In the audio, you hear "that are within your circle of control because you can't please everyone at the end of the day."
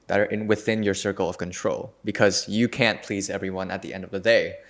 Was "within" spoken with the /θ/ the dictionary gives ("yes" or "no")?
yes